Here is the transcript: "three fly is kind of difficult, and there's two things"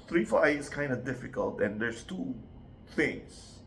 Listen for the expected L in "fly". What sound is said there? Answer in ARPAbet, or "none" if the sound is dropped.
none